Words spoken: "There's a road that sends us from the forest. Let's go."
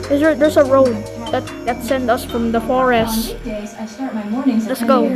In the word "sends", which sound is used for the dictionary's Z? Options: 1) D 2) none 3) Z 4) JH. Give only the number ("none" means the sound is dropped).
2